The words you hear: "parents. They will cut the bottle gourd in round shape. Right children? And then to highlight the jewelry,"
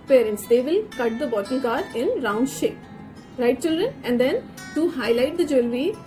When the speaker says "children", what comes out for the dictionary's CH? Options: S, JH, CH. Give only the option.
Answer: CH